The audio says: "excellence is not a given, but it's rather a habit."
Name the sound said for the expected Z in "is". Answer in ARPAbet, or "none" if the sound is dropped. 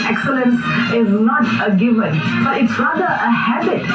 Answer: Z